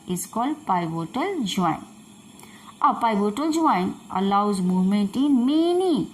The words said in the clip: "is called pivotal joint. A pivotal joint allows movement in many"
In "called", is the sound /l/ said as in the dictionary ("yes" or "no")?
yes